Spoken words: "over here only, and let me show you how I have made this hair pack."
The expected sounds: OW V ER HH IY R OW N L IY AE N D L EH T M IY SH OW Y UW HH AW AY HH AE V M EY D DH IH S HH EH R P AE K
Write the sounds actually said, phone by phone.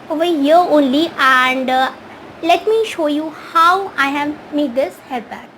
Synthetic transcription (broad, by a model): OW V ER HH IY OW N L IY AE N D L EH T M IY SH OW Y UW HH AW AY HH AE V M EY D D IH S HH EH L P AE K